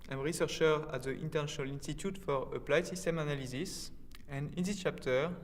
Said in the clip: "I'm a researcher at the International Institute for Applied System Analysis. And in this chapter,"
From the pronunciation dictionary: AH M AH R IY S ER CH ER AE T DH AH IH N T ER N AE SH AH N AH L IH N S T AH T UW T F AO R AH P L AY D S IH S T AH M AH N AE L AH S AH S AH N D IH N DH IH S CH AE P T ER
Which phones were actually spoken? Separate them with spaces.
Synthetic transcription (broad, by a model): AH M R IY S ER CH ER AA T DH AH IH N T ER N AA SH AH N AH L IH N S T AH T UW T F AO R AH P L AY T S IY S T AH M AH N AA L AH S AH S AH N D IH N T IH CH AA P T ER